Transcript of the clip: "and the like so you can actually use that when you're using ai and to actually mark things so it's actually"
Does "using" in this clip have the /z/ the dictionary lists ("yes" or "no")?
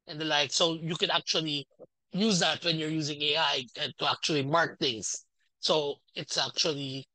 yes